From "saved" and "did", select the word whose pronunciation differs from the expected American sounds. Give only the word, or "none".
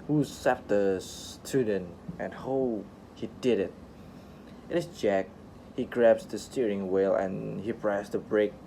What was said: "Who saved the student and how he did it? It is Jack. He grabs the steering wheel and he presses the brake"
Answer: saved